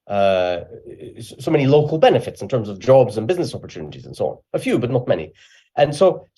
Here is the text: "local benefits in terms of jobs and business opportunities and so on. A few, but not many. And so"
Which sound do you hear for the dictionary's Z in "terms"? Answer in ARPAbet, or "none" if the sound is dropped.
Z